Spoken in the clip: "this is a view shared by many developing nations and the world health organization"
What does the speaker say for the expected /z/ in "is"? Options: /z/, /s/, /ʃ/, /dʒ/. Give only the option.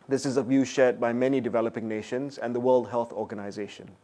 /z/